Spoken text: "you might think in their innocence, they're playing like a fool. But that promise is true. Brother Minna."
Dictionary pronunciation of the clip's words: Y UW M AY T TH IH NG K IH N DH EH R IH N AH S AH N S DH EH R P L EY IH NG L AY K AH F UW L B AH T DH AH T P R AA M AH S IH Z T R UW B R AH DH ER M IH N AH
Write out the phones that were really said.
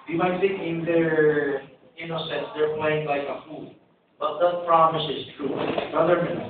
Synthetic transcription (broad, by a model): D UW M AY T S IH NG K IH N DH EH R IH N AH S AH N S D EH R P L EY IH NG L AY K AH F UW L B AH T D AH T P R AA M AH S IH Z T R UW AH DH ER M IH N